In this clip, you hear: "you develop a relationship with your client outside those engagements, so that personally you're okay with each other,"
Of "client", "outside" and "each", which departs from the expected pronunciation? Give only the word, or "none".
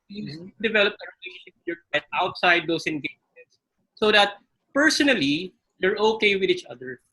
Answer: client